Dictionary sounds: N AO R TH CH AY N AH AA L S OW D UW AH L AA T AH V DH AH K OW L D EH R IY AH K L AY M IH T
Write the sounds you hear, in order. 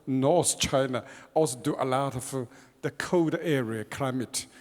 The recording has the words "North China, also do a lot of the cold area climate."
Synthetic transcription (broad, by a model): N AO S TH CH AY N AH AA L S OW D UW AH L AA T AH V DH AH K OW D EH R IY AH K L AY M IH T